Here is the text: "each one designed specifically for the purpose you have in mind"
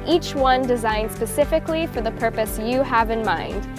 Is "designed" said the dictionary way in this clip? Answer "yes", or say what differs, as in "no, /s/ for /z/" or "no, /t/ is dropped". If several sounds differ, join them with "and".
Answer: yes